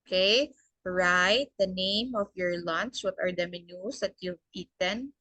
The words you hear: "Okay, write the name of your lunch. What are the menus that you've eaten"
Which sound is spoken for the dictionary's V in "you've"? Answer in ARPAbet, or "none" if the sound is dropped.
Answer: P